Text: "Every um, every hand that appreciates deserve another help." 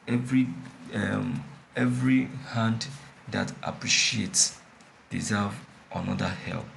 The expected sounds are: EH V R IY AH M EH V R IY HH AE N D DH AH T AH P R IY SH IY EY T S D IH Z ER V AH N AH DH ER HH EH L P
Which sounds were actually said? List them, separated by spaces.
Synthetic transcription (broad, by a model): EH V R IY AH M EH V R IY HH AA N D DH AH T AH P R IY SH IY EY T S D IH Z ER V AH N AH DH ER HH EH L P